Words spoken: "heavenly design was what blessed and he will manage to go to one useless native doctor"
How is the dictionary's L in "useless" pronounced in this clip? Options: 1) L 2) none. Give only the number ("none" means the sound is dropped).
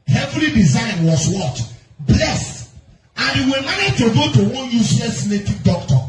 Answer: 2